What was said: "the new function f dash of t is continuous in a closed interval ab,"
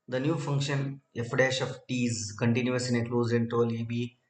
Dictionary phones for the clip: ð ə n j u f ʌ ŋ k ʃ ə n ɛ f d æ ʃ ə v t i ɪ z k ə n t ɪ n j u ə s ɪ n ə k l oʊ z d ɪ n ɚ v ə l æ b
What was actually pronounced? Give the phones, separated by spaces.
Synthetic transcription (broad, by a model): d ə n j u f ʌ ŋ k ʃ ə n ɛ f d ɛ ʃ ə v t i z k ə n t ɪ n j u ə s ɪ n ə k l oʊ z ɪ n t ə l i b